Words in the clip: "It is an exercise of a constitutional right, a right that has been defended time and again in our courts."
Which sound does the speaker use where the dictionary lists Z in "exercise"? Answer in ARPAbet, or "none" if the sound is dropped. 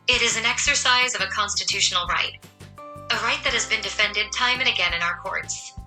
Z